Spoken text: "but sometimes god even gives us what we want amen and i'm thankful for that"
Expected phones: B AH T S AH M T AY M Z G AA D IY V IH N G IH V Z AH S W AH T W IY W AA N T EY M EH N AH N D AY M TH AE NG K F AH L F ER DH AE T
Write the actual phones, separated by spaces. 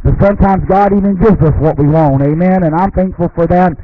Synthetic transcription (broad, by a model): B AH T S AH M T AY M Z G AA D IY V IH N G IH V Z AH S W AH T W IY W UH N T EY M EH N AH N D AY M TH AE NG K F L F ER DH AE T